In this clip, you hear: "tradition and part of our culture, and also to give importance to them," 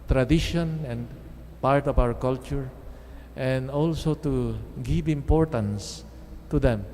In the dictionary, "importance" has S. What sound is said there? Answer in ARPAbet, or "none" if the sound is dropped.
S